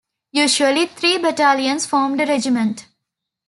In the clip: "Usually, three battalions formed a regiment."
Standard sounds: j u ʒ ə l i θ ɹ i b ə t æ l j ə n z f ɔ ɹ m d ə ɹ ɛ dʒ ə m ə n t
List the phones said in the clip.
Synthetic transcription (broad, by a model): j u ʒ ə l i t ɹ i b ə t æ l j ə n s f ɔ ɹ m d ə ɹ ɛ dʒ ə m ə n t